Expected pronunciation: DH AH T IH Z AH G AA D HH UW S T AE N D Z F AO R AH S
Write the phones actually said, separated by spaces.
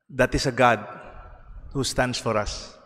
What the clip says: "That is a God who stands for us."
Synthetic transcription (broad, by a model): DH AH T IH S AH G AA D HH UW S T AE N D S F AO R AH S